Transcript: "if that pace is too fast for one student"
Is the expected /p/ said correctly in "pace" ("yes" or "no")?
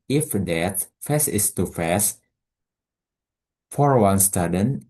no